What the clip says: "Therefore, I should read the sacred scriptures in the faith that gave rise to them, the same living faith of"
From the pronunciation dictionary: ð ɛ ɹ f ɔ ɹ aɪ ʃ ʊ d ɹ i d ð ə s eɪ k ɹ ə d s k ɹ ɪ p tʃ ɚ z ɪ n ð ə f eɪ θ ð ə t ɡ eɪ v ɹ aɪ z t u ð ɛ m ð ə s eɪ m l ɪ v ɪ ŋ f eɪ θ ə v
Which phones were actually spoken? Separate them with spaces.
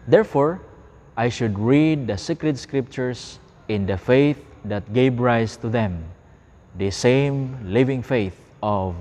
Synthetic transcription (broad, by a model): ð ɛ ɹ f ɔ ɹ aɪ ʃ ʊ d ɹ i d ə s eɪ k ɹ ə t s k ɹ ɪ p tʃ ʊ s ɪ n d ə f eɪ θ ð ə t ɡ eɪ v ɹ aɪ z t u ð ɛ m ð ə s eɪ m l ɪ v ɪ ŋ f eɪ θ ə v